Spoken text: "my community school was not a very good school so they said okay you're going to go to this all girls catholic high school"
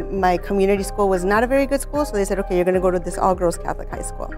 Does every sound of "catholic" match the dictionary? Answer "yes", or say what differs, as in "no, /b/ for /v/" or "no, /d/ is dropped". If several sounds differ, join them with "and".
yes